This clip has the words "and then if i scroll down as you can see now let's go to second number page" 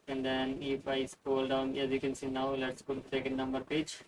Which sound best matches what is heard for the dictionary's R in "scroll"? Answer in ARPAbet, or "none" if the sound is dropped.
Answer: none